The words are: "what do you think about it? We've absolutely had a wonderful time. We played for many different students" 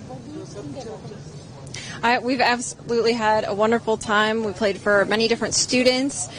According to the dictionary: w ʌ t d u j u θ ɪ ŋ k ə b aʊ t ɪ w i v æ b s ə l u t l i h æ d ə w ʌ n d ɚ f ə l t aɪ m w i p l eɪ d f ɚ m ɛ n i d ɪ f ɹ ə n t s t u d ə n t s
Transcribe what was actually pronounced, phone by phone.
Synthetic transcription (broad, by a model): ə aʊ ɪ w i v æ b s ə l u t l i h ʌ d ə w ʌ n d ɚ f l t aɪ m w i p l eɪ d f ɚ m ɛ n i d ɪ f ɹ ə n t s t u d n t s